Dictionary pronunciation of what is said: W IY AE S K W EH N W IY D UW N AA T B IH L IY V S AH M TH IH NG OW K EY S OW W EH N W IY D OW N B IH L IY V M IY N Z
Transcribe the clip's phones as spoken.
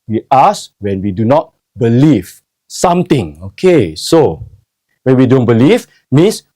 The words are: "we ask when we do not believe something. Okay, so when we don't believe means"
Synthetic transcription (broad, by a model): W IY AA S W EH N W IY D UW N AA T B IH L IY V S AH M T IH NG OW K EY S OW W EH N W IY D OW N B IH L IY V M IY N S